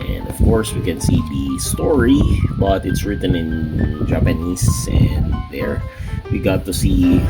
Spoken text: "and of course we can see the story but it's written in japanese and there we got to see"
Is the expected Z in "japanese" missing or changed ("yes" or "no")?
yes